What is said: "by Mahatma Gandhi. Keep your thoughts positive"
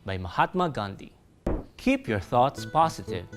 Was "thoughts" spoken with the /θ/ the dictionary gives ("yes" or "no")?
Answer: yes